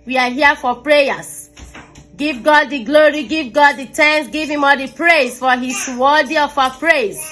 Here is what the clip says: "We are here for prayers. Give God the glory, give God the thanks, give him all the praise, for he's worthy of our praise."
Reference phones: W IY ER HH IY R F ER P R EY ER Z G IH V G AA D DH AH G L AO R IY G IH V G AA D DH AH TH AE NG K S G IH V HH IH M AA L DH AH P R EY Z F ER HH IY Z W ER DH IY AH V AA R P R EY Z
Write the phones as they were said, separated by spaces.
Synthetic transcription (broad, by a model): W IY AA HH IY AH F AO P R EY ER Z G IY V G AA D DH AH G L AO R IY G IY V G AA D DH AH T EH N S G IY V HH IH M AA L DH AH P R EY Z F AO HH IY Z W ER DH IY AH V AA P R EY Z